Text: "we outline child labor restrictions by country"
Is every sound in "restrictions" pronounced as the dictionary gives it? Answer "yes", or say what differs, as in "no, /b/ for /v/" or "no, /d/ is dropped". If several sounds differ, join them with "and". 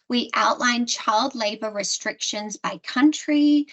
yes